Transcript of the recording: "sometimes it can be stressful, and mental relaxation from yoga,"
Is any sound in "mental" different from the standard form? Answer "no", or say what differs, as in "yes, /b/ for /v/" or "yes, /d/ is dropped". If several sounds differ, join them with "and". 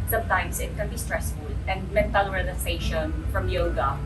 no